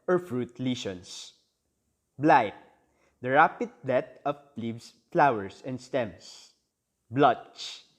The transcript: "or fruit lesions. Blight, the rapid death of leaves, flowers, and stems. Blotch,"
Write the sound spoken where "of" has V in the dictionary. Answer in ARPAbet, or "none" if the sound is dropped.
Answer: P